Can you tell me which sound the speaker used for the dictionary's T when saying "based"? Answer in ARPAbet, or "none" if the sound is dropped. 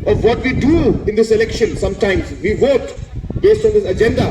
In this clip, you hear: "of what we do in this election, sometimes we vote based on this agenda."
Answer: T